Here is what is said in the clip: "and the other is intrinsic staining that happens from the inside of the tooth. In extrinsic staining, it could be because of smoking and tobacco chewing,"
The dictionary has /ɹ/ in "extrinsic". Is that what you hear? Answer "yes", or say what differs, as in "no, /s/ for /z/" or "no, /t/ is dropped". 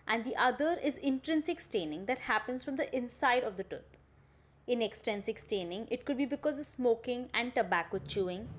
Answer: no, /ɹ/ is dropped